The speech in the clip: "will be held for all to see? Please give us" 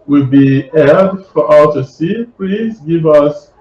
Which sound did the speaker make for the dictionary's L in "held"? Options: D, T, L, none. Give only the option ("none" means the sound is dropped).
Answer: none